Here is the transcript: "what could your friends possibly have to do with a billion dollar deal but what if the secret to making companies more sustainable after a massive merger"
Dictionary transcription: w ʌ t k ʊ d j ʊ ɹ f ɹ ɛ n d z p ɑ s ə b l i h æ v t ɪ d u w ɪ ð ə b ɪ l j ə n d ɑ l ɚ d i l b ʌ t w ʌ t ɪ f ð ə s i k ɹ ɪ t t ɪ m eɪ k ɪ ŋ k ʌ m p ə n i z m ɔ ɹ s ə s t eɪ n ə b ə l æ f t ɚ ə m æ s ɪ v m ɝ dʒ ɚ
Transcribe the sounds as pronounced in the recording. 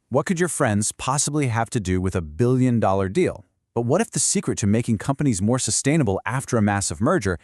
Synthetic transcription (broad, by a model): w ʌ t k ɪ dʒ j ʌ ɹ f ɹ ɛ n d z p ɑ s ə b l i h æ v t ɪ d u w ɪ ð ə b ɪ l j ə n d ɑ l ɚ d i l b ʌ t w ʌ t ɪ f ð ə s i k ɹ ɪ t t ɪ m eɪ k ɪ ŋ k ʌ m p ə n i z m ɔ ɹ s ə s t eɪ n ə b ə l æ f t ɚ ə m æ s ɪ v m ɝ dʒ ɚ